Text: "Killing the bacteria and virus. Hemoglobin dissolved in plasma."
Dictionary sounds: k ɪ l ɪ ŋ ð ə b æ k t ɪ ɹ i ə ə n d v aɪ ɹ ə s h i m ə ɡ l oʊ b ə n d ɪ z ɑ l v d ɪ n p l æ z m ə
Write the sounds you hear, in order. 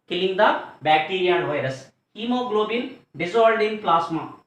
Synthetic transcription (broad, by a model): k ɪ l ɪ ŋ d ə b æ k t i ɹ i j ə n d v aɪ ɹ ə s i m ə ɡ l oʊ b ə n d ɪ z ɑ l d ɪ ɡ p l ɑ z m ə